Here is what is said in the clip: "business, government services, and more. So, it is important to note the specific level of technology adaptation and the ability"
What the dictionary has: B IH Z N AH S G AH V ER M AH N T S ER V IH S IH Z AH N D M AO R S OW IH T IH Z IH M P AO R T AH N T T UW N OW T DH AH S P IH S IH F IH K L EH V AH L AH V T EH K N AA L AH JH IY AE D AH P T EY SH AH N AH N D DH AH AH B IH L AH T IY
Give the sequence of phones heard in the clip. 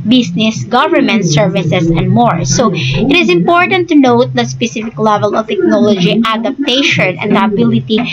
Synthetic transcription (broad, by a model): B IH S N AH S G AH V ER M AH N T S ER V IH S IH S AH N D M AO R S OW IH T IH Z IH M P AO R T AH N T T UW N OW T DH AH S P IH S IH F IH K L EH V AH L AH V T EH K N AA L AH JH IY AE D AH P T EY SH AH N AH N D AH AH B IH L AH T IY